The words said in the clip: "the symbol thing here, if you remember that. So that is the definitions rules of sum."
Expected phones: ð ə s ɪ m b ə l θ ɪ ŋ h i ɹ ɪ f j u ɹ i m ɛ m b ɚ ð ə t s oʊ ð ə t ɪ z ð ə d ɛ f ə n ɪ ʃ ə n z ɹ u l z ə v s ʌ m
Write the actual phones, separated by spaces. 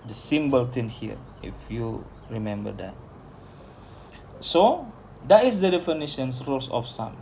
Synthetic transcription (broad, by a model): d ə s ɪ m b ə l t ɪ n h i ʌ ɪ f j u ɹ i m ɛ m b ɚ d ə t s oʊ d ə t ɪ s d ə d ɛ f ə n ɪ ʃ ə n s ɹ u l s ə f s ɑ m